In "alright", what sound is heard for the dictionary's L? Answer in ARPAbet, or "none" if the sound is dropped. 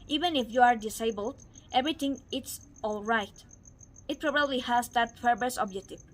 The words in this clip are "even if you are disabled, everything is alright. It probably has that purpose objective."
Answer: L